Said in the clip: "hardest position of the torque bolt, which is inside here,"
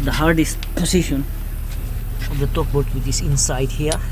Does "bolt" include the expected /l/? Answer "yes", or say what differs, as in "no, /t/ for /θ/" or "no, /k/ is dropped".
no, /l/ is dropped